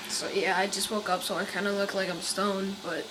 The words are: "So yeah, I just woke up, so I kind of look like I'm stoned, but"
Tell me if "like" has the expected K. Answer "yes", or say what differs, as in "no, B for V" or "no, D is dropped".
yes